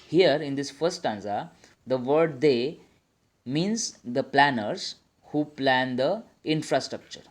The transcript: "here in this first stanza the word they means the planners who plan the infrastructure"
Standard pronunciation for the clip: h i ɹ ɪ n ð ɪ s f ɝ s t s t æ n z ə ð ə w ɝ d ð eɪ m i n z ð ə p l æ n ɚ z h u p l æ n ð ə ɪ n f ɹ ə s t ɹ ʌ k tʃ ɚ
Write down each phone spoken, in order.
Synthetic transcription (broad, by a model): h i ɹ ɪ n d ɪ s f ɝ t s t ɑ n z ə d ə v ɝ d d eɪ m i n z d ə p l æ n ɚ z h u p l æ n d ə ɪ n f ɹ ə s t ɹ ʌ k tʃ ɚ